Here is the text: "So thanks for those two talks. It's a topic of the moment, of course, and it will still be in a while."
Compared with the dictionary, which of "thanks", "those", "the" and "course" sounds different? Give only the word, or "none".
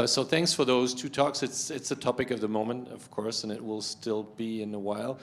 none